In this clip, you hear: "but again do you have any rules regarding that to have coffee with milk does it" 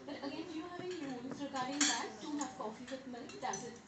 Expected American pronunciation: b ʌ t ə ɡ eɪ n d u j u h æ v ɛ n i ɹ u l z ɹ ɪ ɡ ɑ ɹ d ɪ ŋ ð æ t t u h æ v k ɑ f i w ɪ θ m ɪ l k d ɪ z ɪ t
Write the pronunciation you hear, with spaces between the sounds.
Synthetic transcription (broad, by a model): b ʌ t ə ɡ eɪ n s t j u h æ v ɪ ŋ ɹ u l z ɹ ɪ ɡ ɑ ɹ d ɪ ŋ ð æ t s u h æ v k ɑ f i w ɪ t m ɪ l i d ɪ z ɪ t